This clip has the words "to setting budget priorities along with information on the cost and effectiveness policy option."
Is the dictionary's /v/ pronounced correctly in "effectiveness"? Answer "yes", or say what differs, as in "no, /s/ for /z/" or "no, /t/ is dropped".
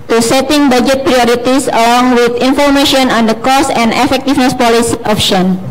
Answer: no, /f/ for /v/